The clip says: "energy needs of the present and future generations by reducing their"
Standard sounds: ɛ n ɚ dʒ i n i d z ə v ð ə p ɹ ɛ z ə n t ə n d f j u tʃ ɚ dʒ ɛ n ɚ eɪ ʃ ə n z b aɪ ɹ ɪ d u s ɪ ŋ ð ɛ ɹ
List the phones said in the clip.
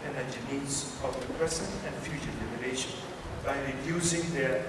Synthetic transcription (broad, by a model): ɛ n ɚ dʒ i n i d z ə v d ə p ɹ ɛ s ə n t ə n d f j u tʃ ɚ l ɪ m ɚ eɪ ʃ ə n b aɪ ɹ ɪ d u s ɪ ŋ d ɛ ɹ